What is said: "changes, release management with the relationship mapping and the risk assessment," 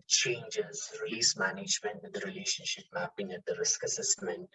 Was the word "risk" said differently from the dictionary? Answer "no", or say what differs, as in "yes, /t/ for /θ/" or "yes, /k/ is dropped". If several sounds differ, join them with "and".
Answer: no